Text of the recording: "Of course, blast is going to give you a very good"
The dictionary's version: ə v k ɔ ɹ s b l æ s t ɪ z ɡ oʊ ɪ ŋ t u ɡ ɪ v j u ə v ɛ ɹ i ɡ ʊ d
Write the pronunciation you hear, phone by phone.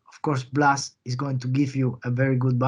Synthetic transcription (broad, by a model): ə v k ɔ ɹ s b l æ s ɪ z ɡ oʊ ɪ ŋ t u ɡ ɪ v j u ə v ɛ ɹ i ɡ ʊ d